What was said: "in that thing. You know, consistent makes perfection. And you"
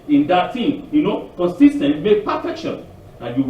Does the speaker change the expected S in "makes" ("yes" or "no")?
yes